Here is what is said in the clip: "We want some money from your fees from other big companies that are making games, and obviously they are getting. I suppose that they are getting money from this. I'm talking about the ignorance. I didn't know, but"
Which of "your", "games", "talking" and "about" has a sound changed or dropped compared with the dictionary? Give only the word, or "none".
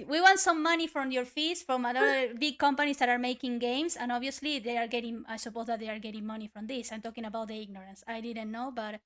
games